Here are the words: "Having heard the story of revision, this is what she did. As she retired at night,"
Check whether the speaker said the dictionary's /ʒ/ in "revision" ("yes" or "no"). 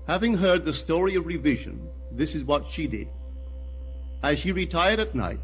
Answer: yes